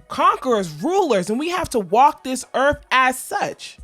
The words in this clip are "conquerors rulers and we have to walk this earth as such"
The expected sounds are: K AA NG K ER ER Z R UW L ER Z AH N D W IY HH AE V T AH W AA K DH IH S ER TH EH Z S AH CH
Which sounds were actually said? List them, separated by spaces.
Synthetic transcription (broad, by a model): K AA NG K ER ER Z R UW L ER Z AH N W IY HH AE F T AH W AA K DH IH S ER TH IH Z S AH CH